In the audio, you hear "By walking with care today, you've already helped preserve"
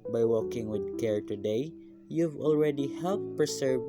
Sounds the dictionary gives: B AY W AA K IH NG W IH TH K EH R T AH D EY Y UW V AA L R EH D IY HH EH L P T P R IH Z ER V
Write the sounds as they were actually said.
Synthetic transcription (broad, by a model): B AY W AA K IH NG W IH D K EH R T AH D EY Y UW V AA L R EH D IY HH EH L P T P R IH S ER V